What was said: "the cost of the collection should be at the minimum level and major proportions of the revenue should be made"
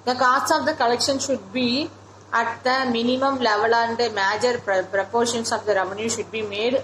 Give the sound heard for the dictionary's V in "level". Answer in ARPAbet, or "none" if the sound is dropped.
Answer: V